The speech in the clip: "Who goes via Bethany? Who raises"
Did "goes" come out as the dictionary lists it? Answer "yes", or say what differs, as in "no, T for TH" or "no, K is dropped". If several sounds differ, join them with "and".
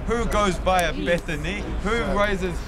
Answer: yes